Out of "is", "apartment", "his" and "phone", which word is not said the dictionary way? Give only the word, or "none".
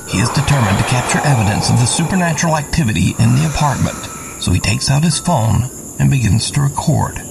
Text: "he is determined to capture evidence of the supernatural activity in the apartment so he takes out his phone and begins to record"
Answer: none